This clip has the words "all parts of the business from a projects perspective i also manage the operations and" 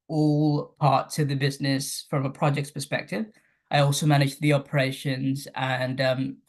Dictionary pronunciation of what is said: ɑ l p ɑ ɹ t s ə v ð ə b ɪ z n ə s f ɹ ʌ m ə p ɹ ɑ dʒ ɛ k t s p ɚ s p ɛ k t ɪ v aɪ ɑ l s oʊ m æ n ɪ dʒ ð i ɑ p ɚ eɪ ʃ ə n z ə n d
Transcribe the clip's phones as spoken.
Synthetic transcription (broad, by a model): ɑ l p ɑ ɹ t ə ð ə b ɪ z n ə s f ɹ ʌ m ə p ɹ ɑ dʒ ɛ k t s p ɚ s p ɛ k t ɪ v aɪ ɑ l s oʊ m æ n ɪ dʒ ð i ɑ p ɚ eɪ ʃ ə n z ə n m